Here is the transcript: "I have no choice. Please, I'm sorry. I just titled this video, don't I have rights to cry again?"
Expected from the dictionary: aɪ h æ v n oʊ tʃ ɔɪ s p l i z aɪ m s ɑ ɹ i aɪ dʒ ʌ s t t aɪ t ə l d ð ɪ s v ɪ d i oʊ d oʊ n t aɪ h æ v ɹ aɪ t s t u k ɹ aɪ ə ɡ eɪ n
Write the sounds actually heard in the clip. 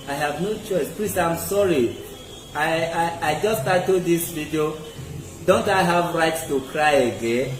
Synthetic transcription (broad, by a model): aɪ h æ v n oʊ tʃ ɔɪ s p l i s aɪ m s ɑ ɹ i aɪ dʒ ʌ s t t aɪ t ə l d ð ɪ s v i d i oʊ d oʊ n t aɪ h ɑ v ɹ aɪ t s t u k ɹ aɪ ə ɡ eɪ n